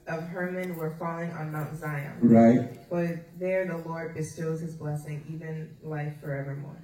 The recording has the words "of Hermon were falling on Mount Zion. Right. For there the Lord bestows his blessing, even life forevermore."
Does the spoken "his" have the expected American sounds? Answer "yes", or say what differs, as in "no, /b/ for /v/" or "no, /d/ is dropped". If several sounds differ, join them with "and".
yes